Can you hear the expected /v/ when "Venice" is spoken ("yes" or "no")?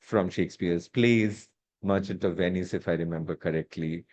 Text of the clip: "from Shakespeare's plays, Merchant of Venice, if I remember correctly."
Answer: yes